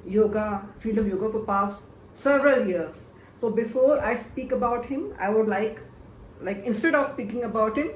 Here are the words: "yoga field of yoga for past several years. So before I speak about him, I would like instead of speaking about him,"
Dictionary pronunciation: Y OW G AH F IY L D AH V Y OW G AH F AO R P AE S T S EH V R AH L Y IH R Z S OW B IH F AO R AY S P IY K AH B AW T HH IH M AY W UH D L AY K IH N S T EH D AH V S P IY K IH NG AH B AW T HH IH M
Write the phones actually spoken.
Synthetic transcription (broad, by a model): Y OW G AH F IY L AH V Y OW G AH F AO R P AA S T S EH V R AH L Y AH R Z S OW B IH F AO R AY S P IY K AH B AW T HH IH M AY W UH D L AY K IH N S T EH D AH V S P IY K IH NG AH B AW T HH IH M